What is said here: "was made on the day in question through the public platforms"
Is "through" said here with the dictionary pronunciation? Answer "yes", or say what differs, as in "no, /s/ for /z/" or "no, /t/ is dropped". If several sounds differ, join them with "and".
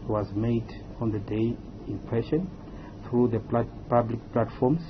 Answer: yes